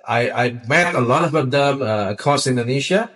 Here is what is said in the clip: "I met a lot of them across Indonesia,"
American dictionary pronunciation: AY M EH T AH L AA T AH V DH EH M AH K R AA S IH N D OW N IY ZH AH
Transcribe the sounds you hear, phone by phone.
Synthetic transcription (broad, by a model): AY M EH T AH L AA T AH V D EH M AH K AA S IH N D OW N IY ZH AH